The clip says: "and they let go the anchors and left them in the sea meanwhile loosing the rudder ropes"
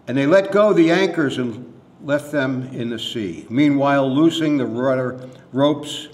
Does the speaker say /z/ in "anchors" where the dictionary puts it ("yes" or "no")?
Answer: yes